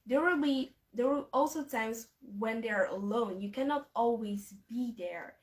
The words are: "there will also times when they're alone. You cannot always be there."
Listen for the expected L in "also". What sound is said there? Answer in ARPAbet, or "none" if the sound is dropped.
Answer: L